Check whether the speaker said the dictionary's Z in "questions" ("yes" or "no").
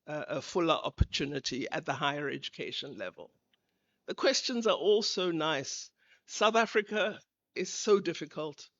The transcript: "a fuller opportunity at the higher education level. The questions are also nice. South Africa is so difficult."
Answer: yes